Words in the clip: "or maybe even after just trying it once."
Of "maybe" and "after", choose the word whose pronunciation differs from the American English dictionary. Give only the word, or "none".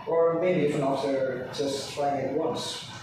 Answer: after